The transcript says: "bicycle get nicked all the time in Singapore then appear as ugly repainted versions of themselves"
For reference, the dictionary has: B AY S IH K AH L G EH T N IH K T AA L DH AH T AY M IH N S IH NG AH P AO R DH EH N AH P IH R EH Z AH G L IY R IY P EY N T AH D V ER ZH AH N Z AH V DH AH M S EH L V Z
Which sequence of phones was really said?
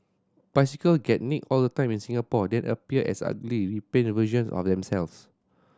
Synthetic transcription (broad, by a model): B AY S IH K AH L G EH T N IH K AA L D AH T AY M IH N S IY NG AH P AO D EH N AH P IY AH EH S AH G L IY R IY P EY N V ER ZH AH N S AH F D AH M S EH L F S